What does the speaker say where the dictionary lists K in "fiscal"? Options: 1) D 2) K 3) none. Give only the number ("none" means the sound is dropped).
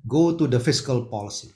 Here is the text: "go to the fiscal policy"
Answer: 2